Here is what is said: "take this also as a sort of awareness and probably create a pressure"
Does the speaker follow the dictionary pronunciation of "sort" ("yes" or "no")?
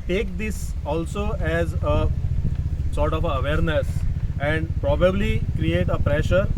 yes